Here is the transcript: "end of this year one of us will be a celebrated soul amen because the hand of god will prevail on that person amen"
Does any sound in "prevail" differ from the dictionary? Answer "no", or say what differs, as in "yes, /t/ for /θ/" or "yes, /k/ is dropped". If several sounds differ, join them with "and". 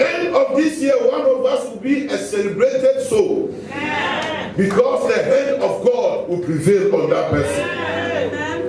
no